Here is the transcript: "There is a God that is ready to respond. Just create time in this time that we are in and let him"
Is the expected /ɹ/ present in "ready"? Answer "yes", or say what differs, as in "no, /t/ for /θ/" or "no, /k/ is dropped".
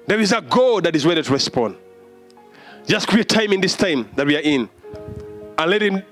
no, /w/ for /ɹ/